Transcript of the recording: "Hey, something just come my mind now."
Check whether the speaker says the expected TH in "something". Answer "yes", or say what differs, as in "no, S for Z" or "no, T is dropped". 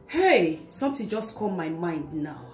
no, T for TH